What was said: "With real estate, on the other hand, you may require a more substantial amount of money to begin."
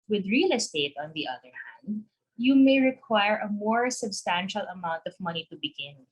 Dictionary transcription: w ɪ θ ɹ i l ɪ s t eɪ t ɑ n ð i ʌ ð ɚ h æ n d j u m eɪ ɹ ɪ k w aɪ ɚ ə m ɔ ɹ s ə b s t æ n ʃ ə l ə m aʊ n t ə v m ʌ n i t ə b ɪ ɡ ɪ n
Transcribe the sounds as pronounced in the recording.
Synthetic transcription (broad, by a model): w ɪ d ɹ i l ɪ s t eɪ t ɑ n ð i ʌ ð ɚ h æ n d j u m eɪ ɹ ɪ k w aɪ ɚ ə m ɔ ɹ s ə b s t æ n ʃ ə l ə m aʊ n t ə v m ʌ n i t ə b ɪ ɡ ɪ n